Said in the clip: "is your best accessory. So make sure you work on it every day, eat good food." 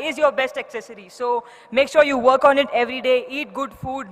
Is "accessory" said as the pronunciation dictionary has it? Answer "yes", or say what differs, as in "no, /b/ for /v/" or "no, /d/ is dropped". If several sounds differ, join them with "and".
yes